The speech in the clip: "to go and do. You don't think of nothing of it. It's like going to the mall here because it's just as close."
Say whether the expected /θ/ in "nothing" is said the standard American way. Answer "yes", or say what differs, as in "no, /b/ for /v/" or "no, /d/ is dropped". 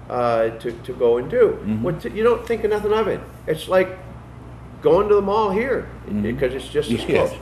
yes